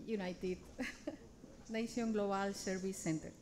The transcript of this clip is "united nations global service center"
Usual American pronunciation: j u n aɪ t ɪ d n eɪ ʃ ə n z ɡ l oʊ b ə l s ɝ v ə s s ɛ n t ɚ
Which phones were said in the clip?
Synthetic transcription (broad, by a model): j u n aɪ t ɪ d n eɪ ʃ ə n ɡ l oʊ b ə l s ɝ b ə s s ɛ n t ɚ